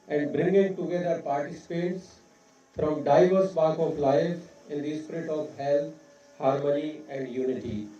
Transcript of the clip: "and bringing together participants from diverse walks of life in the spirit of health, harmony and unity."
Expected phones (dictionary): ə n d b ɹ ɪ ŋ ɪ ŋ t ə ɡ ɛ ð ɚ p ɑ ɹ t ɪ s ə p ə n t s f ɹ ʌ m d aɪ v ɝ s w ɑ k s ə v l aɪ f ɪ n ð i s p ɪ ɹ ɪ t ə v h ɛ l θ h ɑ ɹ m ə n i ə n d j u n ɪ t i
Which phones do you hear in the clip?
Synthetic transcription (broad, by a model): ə n d b ɹ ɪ ŋ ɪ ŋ t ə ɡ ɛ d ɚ p ɑ ɹ t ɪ s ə p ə t s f ɹ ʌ m d aɪ v ɝ s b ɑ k ə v l aɪ f ɪ n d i s p ɪ ɹ ɪ t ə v h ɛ l t h ɑ ɹ m ə n i ə n d j u n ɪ t i